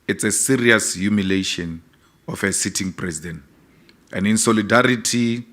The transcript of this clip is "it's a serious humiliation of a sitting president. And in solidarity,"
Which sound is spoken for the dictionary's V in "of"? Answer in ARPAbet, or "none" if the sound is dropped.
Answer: F